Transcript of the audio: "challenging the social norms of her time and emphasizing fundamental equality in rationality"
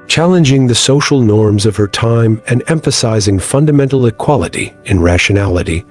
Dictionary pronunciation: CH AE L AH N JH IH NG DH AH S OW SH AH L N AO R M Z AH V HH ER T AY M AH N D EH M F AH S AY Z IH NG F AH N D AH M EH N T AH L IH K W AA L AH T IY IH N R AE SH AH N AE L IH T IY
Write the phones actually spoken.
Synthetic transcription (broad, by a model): CH AE L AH N JH IH NG DH AH S OW SH L N AO R M Z AH V ER T AY M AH N EH M F AH S AY Z IH NG F AH N D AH M EH N T L IH K W AA L AH T IY IH N R AE SH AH N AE L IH T IY